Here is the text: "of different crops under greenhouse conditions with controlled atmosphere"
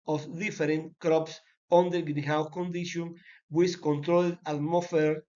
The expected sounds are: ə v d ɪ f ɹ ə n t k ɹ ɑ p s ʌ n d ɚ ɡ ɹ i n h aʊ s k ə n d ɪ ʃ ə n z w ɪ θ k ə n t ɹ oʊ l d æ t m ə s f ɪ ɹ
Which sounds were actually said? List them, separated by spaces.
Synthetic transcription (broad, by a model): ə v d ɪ f ɹ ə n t k ɹ ɑ p s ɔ n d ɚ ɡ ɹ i h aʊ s k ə n d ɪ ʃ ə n w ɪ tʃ k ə n t ɹ oʊ l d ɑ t m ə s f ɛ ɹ